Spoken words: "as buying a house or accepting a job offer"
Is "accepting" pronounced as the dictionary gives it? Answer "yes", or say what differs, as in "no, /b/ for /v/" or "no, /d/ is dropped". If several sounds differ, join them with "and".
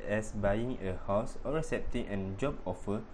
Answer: no, /k/ is dropped